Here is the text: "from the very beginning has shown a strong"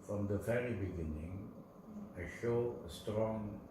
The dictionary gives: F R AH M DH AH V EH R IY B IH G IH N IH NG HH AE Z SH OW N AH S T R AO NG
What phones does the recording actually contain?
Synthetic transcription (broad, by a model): F R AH M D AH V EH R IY B IH G IH N IH NG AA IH SH OW AH S T R AO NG